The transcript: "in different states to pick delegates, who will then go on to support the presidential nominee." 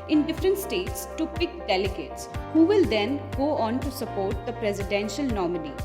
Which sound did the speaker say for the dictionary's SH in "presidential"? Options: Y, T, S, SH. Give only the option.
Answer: SH